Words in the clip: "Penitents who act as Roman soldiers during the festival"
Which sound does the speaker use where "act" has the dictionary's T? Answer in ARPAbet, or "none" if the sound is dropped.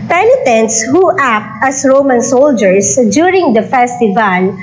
T